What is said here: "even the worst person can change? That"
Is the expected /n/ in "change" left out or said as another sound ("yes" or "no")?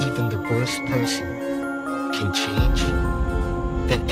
yes